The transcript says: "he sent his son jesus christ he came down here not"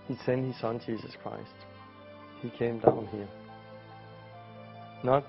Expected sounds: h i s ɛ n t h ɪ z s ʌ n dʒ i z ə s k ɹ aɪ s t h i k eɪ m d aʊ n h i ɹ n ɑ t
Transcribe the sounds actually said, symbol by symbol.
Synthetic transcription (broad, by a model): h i s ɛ n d h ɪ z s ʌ n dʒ i s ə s k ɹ aɪ s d h i k eɪ m d aʊ n h i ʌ n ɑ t